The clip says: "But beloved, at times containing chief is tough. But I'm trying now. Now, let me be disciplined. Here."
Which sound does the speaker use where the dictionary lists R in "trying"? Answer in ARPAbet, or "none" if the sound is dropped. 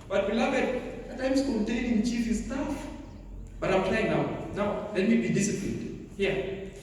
none